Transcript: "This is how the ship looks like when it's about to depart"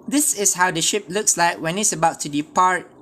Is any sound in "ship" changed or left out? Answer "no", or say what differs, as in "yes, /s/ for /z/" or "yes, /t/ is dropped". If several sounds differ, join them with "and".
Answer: no